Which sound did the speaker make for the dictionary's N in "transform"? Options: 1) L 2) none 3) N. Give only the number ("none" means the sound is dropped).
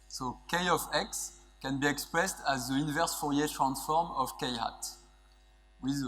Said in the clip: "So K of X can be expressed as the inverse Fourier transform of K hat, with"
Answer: 3